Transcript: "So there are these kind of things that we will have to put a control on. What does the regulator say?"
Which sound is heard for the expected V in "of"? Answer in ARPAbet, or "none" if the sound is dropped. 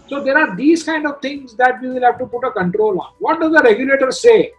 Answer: V